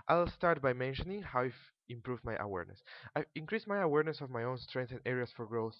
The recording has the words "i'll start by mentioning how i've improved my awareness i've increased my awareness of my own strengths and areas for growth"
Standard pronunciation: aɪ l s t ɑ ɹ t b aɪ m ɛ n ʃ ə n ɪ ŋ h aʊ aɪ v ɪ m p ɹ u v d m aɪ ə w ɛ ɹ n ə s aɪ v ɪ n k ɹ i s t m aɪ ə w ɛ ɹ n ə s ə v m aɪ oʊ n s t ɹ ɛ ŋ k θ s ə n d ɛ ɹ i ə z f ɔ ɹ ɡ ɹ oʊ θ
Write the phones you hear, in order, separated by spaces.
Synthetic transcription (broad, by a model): aɪ l s t ɑ ɹ t b aɪ m ɛ n ʃ ə n ɪ ŋ h aʊ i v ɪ m p ɹ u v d m aɪ ə w ɛ ɹ n ə s aɪ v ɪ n k ɹ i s m aɪ ə w ɛ ɹ n ə s ə v m aɪ oʊ n s t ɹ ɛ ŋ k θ ə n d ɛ ɹ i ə s f ɔ ɹ ɡ ɹ oʊ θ